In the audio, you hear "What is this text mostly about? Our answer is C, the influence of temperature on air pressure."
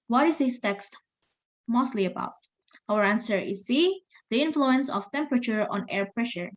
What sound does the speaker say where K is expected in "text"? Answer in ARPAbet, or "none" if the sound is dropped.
K